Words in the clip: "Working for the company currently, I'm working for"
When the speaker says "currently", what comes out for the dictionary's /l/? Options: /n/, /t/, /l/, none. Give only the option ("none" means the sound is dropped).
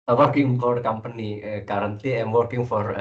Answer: none